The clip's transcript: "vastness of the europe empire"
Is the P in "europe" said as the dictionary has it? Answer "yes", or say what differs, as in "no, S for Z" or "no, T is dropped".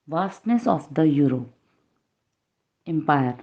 no, P is dropped